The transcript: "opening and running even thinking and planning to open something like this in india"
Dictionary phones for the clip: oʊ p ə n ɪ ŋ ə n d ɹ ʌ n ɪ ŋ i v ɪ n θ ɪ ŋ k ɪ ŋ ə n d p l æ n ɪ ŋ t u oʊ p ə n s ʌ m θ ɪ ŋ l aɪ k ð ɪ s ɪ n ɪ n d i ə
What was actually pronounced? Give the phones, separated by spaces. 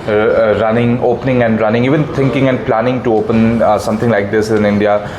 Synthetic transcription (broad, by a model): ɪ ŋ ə n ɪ ŋ ə n d ɹ ʌ n ɪ ŋ i v ɪ n t ɪ ŋ k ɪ ŋ ə n d p l æ n ɪ ŋ t u oʊ p ə n s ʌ m t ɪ ŋ l aɪ k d ɪ s ɪ n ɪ n d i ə